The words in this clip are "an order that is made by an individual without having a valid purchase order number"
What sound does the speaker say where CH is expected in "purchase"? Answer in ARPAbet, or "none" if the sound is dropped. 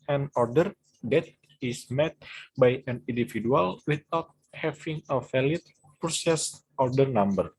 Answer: S